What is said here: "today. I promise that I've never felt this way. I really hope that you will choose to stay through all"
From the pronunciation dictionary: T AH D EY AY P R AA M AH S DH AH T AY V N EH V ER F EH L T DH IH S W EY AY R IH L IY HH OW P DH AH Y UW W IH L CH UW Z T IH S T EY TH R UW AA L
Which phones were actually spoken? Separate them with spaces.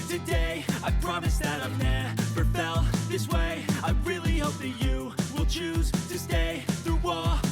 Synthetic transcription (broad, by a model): T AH D EY AY P R AA M AH S DH AH T AY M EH P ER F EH L DH IH S W EY AY R IH L IY HH OW P DH AH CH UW W IH L CH UW Z T IH S T EY TH R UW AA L